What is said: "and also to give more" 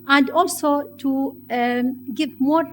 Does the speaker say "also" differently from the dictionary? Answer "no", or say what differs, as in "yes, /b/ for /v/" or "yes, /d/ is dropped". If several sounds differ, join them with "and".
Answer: no